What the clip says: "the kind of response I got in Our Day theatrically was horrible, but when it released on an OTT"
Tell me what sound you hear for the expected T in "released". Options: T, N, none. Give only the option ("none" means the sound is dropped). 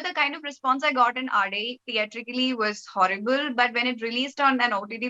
T